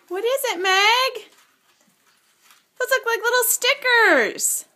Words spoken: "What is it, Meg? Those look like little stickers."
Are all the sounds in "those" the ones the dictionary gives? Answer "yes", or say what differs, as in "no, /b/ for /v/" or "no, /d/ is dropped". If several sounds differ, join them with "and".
no, /s/ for /z/